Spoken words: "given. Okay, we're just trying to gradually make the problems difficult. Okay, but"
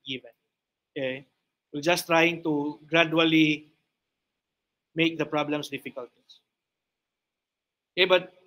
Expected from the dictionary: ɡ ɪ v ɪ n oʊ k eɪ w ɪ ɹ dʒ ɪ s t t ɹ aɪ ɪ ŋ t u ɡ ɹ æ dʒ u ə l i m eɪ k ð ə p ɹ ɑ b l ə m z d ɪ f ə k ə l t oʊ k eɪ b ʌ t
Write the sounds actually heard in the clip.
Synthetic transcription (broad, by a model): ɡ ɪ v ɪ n oʊ k eɪ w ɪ l dʒ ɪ s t t ɹ aɪ ɪ ŋ t u ɡ ɹ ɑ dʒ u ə l i m eɪ k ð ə p ɹ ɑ b l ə m s d ɪ f ə k ə l t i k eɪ b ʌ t